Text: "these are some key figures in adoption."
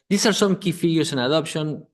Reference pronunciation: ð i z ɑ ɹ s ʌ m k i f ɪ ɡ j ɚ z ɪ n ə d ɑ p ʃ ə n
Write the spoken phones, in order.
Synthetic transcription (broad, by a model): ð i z ɑ ɹ s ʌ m k i f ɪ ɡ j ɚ s ɪ n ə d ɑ p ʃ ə n